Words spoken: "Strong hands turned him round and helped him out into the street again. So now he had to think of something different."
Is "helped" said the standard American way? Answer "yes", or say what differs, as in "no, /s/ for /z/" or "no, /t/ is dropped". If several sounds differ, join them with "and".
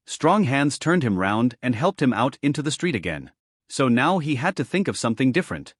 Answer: yes